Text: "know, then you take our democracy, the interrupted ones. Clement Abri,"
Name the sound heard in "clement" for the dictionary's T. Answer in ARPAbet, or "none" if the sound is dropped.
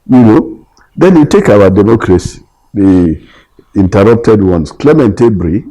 T